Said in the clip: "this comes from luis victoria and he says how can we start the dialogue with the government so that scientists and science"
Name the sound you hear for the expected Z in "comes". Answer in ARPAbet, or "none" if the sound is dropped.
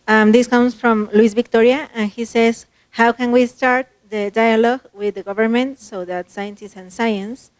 S